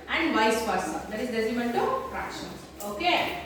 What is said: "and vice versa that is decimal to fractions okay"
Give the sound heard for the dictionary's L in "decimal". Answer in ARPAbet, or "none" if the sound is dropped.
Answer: N